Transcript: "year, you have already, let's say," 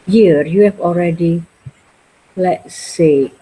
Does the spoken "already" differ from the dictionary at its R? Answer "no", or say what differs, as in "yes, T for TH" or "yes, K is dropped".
no